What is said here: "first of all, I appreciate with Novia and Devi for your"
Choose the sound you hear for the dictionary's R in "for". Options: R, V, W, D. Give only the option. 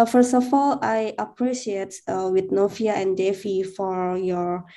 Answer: R